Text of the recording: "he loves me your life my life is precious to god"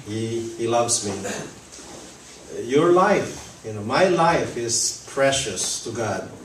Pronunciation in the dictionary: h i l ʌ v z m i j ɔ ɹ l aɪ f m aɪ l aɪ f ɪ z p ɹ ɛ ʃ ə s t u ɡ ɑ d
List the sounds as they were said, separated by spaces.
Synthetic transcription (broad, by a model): h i l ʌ v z m i j ɔ ɹ l aɪ f m aɪ l aɪ f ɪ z p ɹ ɛ ʃ ə s t u ɡ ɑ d